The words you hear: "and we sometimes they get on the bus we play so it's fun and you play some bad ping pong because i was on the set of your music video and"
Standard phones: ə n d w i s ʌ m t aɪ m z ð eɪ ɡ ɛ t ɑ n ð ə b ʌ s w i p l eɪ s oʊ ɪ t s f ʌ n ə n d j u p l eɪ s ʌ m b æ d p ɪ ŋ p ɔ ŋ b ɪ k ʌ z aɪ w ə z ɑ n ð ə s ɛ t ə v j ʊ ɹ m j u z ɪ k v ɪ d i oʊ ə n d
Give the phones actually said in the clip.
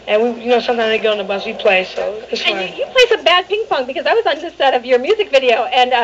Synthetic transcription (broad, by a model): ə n w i s ʌ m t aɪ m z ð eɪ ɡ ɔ ʊ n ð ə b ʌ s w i p l eɪ s oʊ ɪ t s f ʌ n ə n j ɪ p l eɪ s ʌ m b æ d p ɪ ŋ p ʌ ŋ b ɪ k ʌ z aɪ w ə z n ð ə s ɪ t ə v j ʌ ɹ m j u z ɪ k v ɪ d i oʊ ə n